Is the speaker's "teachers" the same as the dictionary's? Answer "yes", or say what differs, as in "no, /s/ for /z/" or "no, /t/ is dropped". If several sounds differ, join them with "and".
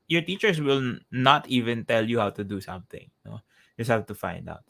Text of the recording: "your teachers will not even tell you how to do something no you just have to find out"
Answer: no, /s/ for /z/